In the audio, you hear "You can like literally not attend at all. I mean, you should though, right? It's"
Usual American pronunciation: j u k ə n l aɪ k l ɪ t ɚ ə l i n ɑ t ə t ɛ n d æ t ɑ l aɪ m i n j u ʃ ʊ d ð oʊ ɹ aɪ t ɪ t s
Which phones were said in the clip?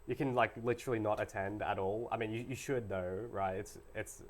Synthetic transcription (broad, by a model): j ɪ k ə n l aɪ k l ɪ t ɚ l i n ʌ t ə t ɛ n d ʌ t ɑ l aɪ m i n j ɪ ʃ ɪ d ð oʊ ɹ aɪ t ɪ t s